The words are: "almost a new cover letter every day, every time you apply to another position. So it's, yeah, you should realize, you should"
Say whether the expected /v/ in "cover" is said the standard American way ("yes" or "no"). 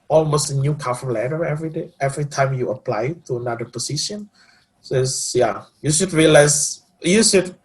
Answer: no